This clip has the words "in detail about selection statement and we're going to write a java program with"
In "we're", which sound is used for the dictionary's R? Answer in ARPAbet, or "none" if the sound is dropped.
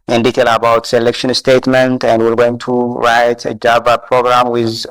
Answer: L